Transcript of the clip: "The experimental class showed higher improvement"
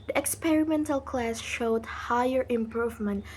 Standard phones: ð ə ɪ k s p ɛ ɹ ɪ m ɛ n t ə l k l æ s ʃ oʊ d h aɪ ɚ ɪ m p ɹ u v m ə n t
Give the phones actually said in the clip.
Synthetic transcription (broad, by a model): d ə ɪ k s p ɛ ɹ ɪ m ɛ n t ə l k l æ s ʃ oʊ d h aɪ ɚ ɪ m p ɹ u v m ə n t